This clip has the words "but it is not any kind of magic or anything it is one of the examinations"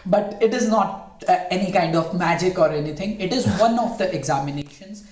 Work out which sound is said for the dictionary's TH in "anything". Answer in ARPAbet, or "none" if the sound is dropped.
T